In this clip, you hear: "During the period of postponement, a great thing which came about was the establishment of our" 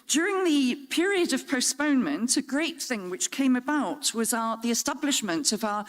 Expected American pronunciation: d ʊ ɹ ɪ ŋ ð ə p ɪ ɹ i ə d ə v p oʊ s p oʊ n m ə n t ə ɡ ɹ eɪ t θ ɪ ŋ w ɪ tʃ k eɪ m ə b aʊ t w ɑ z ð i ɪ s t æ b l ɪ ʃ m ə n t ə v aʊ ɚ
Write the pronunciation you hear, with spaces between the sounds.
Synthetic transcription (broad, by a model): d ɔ ɹ ɪ ŋ ð ə p ɪ ɹ i ə d ə v p oʊ s p oʊ n m ə n t ə ɡ ɹ eɪ t θ ɪ ŋ w ɪ tʃ k eɪ m ə b aʊ t w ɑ z ð i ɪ s t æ b l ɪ ʃ m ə n t ə v aʊ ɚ